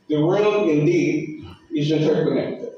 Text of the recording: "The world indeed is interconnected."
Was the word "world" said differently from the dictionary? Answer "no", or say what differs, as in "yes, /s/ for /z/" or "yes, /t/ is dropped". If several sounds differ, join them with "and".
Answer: yes, /d/ is dropped